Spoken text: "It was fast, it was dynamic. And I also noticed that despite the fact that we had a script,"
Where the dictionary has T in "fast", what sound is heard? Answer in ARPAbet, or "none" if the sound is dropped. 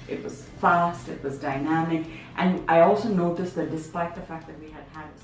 T